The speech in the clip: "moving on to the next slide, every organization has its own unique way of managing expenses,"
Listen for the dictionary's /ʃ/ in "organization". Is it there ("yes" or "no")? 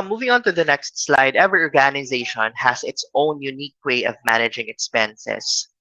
yes